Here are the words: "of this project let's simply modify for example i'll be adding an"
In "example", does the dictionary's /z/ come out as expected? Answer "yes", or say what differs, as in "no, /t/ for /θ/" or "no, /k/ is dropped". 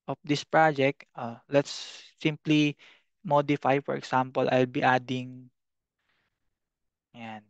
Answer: no, /s/ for /z/